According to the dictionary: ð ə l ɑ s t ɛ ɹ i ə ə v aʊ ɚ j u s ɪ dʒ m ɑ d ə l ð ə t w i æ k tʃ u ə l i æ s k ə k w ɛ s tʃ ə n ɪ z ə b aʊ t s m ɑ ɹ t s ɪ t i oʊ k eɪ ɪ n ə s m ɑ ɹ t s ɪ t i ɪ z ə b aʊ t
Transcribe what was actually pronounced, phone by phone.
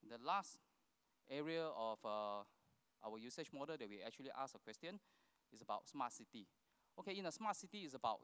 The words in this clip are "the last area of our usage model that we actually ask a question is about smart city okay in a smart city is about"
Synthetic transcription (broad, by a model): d ə l ɑ s t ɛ ɹ i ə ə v aʊ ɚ j u s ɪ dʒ m ɑ d ə l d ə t w i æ k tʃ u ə l i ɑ s ə k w ɛ s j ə n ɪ s ə b aʊ t s m ɑ t s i t i oʊ k eɪ ɪ n ə s m ɑ t s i t i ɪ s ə b aʊ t